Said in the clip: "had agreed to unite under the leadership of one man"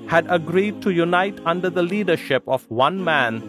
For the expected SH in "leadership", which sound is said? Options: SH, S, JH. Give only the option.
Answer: SH